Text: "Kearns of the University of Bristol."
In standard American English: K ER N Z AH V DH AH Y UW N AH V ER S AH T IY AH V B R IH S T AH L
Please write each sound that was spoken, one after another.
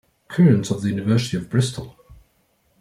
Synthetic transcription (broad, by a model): K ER N S AH V DH AH Y UW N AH V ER S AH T IY AH V B R IH S T AH L